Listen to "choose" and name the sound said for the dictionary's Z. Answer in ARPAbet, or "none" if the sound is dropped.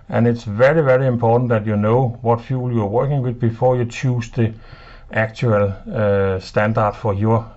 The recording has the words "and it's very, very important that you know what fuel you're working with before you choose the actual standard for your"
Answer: S